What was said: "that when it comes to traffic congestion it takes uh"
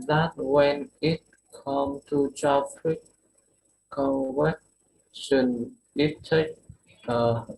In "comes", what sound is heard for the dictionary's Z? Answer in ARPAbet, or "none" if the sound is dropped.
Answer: none